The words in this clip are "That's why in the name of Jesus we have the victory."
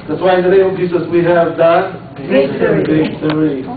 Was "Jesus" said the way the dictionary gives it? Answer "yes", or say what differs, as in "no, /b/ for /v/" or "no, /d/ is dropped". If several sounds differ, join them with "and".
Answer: no, /s/ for /z/